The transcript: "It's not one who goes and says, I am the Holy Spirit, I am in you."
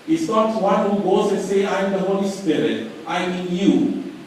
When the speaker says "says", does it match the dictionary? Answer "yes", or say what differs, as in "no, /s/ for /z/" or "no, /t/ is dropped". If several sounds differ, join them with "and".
no, /z/ is dropped